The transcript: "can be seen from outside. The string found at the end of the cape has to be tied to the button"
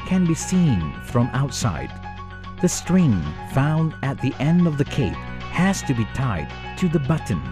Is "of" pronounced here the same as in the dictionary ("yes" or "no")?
yes